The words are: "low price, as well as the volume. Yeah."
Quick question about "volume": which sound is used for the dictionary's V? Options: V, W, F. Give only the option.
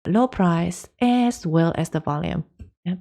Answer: V